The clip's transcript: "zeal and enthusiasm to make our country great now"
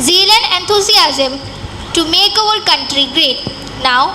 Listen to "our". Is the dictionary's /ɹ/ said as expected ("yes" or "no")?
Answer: no